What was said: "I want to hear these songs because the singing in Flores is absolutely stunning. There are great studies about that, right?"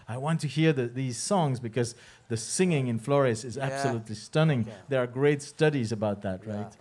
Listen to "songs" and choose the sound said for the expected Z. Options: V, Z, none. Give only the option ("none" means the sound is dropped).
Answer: Z